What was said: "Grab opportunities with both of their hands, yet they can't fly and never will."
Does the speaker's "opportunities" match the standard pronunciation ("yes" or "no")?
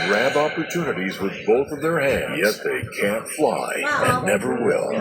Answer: yes